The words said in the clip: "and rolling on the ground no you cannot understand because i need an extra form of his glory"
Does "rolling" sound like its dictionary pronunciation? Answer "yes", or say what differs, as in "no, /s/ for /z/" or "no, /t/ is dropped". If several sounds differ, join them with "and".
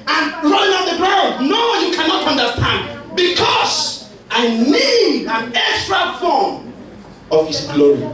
no, /l/ is dropped